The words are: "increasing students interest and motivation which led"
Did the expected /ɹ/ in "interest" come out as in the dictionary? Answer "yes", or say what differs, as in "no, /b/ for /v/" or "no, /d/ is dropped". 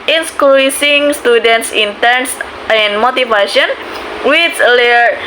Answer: no, /ɹ/ is dropped